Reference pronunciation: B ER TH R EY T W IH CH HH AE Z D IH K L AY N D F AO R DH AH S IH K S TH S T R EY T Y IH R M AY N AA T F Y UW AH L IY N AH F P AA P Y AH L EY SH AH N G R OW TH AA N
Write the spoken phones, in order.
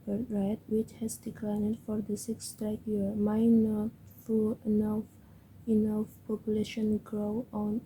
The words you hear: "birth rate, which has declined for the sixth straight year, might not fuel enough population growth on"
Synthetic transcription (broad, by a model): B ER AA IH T W IH CH HH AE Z D IH K L AY N D F AO R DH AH S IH K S S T EY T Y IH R M AY N AA T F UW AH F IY N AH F P AA P Y AH L EY SH AH N G R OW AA N